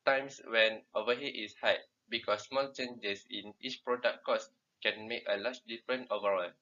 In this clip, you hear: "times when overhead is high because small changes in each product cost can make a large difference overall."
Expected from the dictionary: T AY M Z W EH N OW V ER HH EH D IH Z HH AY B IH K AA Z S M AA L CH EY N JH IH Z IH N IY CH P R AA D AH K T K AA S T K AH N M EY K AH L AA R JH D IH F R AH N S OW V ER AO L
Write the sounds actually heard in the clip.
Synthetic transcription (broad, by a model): T AY M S W EH N OW V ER HH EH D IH S HH AY B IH K AA S M AA L CH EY N JH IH S IH N IY CH P R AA D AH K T K AA S K AH N M EY K AH L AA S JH D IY F R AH N OW V ER AO L